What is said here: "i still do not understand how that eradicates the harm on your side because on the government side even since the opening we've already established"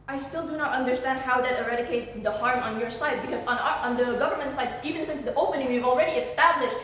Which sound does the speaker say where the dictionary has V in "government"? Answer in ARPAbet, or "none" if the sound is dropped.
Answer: V